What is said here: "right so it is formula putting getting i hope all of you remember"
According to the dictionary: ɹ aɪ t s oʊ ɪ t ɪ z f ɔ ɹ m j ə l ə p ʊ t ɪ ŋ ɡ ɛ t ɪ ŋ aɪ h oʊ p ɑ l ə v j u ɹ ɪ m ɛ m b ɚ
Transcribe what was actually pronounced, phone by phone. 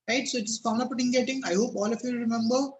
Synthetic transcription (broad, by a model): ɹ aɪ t s oʊ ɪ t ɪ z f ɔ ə n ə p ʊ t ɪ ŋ ɡ ɛ t ɪ ŋ aɪ h oʊ p ɑ l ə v j u ɹ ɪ m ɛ m b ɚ